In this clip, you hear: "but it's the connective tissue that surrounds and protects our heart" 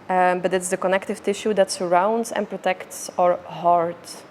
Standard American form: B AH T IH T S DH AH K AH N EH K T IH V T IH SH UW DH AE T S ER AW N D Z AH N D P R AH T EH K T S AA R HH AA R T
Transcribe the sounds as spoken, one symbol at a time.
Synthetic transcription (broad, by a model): B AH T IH T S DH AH K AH N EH K T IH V T IH SH UW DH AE T S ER AW N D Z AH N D P R AH T EH K T S AA R HH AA R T